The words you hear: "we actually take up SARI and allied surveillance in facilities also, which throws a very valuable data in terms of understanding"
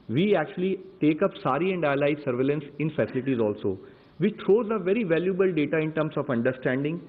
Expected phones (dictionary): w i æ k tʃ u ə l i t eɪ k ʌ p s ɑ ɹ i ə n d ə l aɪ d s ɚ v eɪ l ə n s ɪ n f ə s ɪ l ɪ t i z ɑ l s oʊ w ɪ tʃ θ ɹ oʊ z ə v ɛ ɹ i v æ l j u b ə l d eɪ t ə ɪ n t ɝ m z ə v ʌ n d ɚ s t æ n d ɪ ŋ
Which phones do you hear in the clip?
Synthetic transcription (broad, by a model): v i æ k tʃ u ə l i t eɪ k ʌ p s ɑ ɹ i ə n d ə l aɪ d s ɚ v eɪ l ə n s ɪ n f ə s ɪ l ɪ t i z ɑ l s oʊ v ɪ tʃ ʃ oʊ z ə v ɛ ɹ i v æ l j u b ə l d eɪ t ə ɪ n t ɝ m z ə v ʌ n d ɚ s t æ n d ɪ ŋ